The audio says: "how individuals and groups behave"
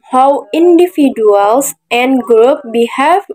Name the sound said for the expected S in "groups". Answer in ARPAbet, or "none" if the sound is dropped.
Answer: none